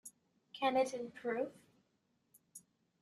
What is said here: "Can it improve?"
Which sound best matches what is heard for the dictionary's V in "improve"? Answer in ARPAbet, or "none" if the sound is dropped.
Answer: F